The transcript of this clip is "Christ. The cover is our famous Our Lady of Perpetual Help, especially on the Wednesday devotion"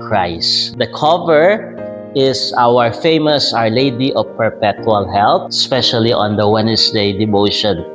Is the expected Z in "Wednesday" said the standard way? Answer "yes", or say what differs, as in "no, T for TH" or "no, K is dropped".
no, S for Z